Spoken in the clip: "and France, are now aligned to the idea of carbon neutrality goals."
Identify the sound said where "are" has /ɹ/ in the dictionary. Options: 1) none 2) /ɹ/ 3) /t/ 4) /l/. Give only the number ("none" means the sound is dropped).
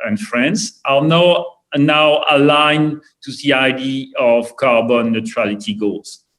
4